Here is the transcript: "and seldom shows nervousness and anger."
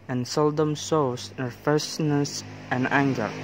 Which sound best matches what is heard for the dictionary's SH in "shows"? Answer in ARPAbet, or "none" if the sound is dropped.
S